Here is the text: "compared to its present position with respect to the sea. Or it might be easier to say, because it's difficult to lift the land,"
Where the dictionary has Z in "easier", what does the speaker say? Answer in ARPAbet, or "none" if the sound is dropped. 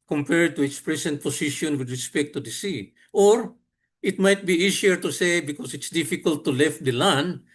S